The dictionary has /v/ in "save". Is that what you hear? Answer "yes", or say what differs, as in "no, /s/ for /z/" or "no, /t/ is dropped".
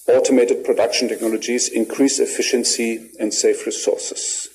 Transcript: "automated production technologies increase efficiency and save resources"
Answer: no, /f/ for /v/